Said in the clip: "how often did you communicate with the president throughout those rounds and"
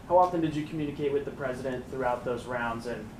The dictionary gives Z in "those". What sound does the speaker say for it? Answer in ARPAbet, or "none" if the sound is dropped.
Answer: Z